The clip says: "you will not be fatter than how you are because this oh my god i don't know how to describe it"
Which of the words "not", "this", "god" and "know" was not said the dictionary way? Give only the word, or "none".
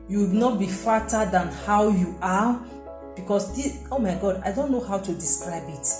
this